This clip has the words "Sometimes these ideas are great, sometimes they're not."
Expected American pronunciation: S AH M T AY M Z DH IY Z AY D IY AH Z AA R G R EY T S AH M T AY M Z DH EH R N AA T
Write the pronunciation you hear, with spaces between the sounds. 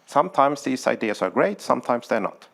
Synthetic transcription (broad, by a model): S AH M T AY M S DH IY S AY D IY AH S AA R G R EY T S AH M T AY M S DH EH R N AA T